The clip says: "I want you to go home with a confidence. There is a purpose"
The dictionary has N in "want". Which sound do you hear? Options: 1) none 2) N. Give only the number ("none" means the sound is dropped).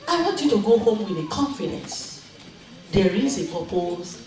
1